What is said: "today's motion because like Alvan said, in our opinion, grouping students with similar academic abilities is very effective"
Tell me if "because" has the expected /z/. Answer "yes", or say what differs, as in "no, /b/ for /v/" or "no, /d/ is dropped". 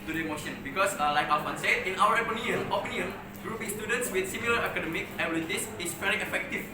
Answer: no, /s/ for /z/